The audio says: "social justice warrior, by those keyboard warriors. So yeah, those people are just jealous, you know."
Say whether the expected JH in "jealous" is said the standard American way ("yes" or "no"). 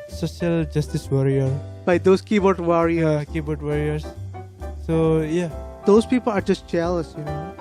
no